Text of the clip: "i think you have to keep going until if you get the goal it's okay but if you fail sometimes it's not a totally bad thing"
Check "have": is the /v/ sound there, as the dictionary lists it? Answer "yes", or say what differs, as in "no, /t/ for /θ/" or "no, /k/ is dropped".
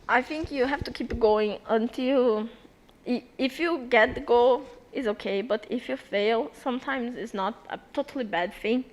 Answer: no, /f/ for /v/